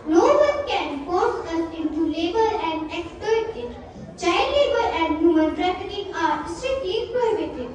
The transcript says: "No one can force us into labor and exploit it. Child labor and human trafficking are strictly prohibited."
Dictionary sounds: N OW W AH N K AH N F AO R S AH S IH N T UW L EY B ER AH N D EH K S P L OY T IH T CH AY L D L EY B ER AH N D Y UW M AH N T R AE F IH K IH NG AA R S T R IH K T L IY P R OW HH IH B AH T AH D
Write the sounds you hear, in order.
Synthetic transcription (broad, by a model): N OW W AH N K AH N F AO R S AH S IH N T UW L EY B ER AH N D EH K S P OY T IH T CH AY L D L EY B ER AH N D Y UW M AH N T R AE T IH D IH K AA R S T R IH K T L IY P R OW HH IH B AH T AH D